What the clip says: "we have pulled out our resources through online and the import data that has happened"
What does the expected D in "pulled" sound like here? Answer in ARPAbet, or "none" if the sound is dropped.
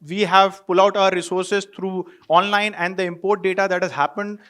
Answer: none